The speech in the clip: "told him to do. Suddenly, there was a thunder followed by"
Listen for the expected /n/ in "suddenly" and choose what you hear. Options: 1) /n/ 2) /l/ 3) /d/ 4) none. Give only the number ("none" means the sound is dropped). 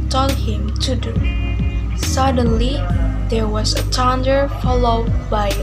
1